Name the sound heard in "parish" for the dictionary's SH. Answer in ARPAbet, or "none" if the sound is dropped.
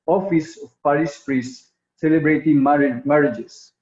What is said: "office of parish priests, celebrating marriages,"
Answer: S